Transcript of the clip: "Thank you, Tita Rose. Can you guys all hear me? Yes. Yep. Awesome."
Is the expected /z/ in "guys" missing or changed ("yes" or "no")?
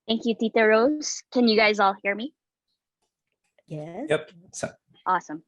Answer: no